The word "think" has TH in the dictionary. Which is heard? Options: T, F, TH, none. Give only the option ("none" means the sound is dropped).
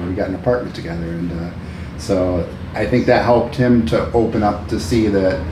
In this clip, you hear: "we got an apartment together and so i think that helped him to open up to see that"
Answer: TH